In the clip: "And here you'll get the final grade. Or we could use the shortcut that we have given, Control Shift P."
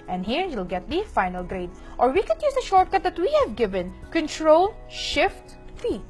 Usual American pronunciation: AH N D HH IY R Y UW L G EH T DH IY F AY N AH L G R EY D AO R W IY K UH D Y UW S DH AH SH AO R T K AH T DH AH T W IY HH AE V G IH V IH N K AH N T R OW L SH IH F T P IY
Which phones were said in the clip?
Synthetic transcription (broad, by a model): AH N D HH IY R Y UW L G EH T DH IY F AY N AH L G R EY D AO R W IY K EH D Y UW S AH SH AO R T K AH T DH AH T W IY HH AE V G IH V IH N K AH N T R OW L SH IH F T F IY